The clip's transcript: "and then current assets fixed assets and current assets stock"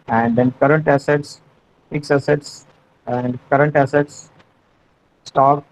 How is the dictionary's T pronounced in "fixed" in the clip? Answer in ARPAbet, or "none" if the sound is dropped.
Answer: none